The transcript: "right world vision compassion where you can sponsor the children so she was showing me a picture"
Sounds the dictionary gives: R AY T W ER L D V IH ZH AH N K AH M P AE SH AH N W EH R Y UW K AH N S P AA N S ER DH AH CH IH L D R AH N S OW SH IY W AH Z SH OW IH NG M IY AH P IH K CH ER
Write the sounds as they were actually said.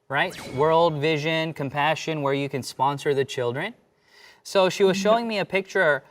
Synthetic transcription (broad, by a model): R AY T W ER L D V IH ZH AH N K AH M P AE SH AH N W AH R Y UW K AH N S P AA N S ER DH AH CH IH L D R AH N S OW SH IY W AH Z SH OW IH NG M IY AH P IH K CH ER